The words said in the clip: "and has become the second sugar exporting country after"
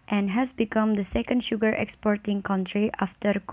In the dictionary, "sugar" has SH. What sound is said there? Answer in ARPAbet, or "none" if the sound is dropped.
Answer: SH